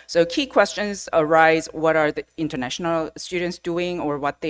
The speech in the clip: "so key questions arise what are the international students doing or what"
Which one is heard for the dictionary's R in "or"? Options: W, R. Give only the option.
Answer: R